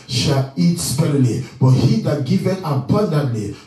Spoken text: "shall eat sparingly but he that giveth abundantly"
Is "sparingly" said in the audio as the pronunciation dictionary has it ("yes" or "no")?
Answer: no